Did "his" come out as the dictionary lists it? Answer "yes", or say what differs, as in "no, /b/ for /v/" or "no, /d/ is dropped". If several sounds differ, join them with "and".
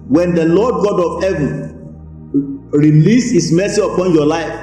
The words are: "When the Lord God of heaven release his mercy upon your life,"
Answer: no, /s/ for /z/